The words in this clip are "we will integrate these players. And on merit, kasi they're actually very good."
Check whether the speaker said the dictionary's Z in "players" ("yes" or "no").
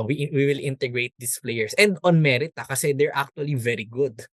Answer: no